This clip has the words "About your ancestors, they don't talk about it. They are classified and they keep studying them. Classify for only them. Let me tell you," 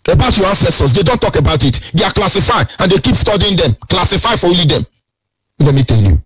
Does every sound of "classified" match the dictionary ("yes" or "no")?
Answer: no